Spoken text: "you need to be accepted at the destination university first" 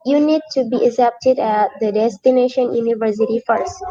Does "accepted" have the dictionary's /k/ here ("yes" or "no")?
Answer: no